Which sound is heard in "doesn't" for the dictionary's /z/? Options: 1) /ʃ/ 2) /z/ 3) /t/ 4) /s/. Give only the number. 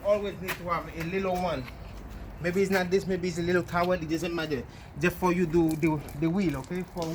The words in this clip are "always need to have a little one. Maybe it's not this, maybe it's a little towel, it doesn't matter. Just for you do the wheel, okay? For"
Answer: 4